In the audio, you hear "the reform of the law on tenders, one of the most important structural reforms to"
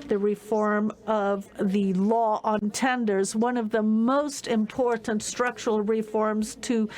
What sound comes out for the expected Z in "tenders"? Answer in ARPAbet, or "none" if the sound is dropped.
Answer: Z